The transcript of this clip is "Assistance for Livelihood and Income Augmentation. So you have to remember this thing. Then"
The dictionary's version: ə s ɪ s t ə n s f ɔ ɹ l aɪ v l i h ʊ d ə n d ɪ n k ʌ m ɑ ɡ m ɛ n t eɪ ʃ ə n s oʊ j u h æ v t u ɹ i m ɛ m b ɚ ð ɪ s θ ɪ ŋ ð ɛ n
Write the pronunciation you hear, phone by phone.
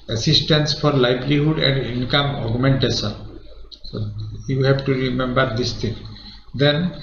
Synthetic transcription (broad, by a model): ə s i s t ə n s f ɔ ɹ l aɪ b l i h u d ə n d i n k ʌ m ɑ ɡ m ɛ n t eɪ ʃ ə n s oʊ j u h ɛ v t u ɹ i m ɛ m b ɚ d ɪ s t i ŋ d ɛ n